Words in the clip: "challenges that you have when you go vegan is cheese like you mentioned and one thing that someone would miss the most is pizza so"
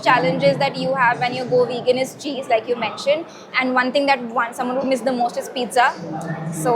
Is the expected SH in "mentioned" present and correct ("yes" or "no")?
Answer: yes